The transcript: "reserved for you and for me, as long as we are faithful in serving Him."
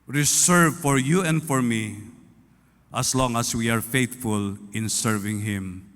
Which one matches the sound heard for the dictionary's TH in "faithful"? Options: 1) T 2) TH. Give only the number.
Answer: 1